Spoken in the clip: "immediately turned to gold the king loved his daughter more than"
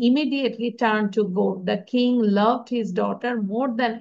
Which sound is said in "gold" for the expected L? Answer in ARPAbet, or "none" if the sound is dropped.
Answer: none